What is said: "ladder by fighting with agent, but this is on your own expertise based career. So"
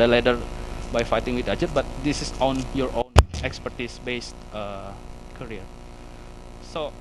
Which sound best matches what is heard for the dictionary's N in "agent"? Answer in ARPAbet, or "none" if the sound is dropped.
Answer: none